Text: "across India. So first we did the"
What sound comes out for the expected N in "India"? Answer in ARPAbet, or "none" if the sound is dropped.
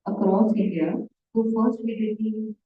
none